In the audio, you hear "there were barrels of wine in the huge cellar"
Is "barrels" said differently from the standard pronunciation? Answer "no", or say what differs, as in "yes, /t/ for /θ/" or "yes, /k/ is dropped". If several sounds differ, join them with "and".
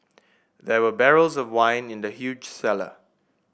no